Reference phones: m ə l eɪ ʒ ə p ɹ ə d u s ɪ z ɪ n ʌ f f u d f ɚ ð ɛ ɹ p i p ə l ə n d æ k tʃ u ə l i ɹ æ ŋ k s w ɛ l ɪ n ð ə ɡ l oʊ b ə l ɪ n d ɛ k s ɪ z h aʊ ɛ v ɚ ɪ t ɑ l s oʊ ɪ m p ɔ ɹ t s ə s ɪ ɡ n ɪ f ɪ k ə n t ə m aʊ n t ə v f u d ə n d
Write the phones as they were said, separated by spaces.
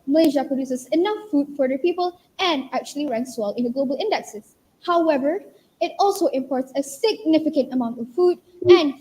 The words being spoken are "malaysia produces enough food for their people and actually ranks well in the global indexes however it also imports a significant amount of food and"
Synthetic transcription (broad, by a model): m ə l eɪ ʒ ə p ɹ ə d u s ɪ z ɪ n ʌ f f u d f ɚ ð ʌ p i p ə l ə n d æ k tʃ u ə l i ɹ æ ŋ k s w ɛ l ɪ n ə ɡ l oʊ b ə l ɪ n d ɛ k s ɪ s h aʊ ɛ v ɚ ɪ t ɑ l s oʊ ɪ m p ɔ ɹ t s ə s ɪ ɡ n ɪ f ɪ k ə n t ə m aʊ n t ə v f u d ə n